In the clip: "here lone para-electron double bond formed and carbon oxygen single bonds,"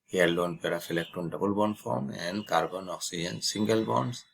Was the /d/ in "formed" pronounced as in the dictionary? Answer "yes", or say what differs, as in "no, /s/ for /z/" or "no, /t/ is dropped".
no, /d/ is dropped